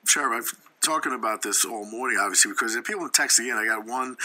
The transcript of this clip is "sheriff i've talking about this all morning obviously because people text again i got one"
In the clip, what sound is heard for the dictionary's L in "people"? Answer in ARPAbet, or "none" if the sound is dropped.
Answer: N